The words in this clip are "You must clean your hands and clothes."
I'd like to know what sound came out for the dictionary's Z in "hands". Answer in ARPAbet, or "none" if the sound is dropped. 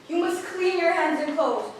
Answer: Z